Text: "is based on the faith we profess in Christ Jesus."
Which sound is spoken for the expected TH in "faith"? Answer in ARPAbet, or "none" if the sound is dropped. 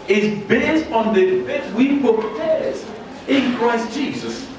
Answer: S